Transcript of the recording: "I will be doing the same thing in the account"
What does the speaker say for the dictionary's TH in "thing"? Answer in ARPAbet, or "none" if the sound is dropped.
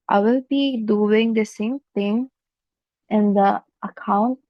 T